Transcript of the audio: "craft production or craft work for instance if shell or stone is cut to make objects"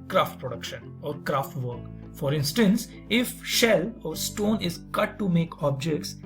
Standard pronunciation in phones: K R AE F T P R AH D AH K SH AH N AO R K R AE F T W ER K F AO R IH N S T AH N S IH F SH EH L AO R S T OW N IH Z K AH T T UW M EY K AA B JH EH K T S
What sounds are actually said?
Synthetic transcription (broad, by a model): K R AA F T P R AH D AH K SH AH N AO R K R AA F T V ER K F AO R IH N S T AH N S IH F SH EH L AO R S T OW N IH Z K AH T T UW M EY K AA B JH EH K T S